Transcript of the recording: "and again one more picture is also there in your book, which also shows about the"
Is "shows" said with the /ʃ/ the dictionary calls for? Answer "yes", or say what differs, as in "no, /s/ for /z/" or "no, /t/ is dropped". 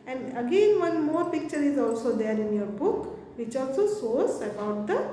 no, /s/ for /ʃ/